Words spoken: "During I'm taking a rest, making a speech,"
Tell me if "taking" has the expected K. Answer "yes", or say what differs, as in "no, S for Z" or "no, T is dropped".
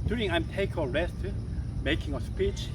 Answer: no, K is dropped